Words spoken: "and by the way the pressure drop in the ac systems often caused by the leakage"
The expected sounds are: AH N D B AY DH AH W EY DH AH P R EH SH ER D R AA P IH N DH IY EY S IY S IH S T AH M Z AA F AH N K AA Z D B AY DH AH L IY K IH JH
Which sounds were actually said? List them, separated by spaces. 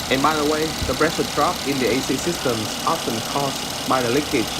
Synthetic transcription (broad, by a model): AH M AY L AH W EY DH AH B R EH S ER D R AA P IH N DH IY EY S IY S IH S T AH M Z AA F AH N K AA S B AY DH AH L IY K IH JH